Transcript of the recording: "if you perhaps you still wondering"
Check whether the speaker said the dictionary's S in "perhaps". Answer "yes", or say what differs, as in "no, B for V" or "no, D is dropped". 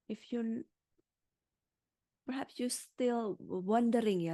yes